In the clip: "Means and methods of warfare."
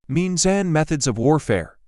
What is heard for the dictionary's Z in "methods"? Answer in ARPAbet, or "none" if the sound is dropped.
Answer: Z